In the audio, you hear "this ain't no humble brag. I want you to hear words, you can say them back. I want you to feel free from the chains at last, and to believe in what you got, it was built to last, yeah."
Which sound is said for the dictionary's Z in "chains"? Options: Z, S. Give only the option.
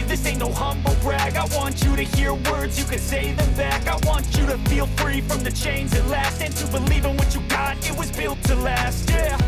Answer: Z